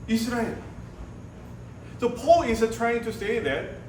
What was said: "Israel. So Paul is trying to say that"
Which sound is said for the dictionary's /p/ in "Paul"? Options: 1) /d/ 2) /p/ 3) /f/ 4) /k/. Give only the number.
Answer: 2